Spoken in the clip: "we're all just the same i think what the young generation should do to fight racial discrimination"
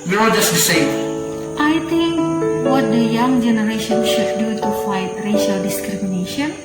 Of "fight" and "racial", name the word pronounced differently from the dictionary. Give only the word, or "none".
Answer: none